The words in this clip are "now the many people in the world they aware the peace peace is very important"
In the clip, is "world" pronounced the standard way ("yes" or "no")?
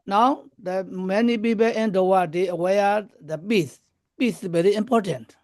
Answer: no